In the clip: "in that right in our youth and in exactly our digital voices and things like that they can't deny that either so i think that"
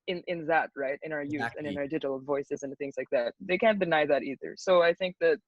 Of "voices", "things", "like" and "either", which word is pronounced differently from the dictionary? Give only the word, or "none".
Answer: none